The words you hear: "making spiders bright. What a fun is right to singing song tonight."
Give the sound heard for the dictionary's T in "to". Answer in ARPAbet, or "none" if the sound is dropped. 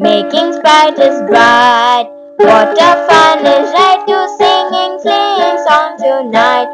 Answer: S